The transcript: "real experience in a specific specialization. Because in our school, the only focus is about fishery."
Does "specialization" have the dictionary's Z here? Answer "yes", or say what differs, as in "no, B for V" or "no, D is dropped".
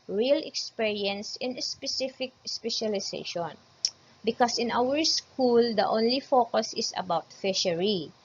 no, S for Z